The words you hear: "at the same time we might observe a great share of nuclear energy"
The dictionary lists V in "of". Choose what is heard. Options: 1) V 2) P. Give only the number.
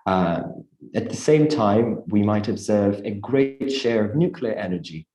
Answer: 1